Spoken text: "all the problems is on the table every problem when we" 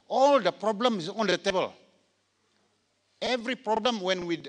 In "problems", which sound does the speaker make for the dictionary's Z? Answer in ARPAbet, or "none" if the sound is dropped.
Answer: none